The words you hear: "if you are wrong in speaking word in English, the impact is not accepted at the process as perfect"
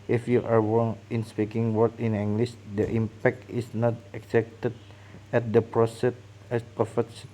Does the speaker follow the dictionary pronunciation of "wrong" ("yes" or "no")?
no